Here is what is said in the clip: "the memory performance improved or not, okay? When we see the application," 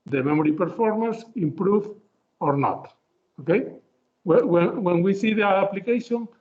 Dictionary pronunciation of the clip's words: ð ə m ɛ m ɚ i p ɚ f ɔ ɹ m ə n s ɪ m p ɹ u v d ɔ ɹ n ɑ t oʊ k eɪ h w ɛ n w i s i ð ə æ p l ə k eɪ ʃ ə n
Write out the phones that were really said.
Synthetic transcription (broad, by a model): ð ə m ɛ m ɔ i p ɚ f ɔ ɹ m ə n s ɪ m p ɹ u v ɔ ɹ n ɑ t oʊ k eɪ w w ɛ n w i s i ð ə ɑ p l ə k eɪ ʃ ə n